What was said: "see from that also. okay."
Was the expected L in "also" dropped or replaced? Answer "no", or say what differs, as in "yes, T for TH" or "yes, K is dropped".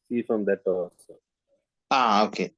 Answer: yes, L is dropped